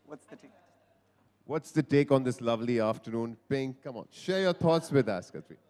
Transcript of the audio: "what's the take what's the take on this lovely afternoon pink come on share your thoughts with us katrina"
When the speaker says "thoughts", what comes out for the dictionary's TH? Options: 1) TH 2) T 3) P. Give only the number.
2